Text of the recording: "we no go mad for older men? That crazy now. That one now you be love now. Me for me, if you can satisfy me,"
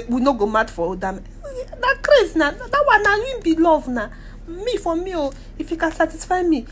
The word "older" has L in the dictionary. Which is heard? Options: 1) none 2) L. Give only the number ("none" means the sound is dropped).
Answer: 1